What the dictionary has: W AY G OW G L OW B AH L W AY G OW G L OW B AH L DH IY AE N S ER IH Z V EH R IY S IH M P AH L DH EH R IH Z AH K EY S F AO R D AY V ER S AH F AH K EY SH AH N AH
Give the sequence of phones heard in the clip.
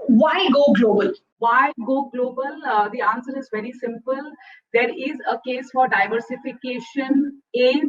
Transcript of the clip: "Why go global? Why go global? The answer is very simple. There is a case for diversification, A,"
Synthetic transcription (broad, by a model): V AY G OW G L OW B AH L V AY G OW G L OW B AH L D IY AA N S ER IH Z V EH R IY S IH M P AH L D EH R IH Z AH K EY S F AO R D AY V ER S AH F AH K EY SH AH N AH